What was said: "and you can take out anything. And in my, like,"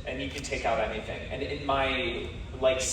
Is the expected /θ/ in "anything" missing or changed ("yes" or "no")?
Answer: no